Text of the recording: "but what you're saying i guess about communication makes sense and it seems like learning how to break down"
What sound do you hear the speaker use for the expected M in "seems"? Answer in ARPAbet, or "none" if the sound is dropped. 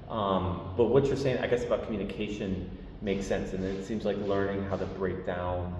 M